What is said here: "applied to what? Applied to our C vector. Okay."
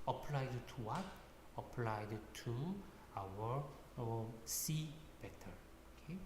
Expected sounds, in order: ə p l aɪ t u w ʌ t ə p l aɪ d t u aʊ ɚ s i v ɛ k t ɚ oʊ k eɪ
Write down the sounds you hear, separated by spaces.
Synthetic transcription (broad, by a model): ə p l aɪ t u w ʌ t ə p l aɪ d t u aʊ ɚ s i b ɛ t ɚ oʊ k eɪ